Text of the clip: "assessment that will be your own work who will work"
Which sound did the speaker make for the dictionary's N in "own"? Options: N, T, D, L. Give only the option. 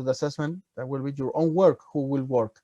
N